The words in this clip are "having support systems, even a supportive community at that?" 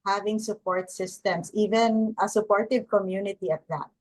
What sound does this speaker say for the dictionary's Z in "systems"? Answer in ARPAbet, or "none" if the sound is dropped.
S